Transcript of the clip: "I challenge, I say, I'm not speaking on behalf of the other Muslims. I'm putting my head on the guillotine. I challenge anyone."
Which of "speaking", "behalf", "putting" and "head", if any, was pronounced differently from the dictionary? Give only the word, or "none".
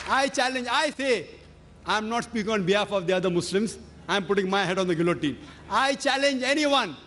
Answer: none